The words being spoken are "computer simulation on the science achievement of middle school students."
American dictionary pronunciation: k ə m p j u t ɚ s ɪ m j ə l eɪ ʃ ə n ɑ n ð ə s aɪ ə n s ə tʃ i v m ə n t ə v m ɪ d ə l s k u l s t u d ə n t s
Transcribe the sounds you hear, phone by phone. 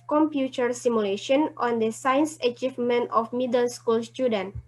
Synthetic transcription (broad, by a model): k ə m p j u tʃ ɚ s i m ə l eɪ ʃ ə n ɑ n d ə s aɪ n s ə tʃ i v m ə n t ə f m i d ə n s k u l s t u d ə n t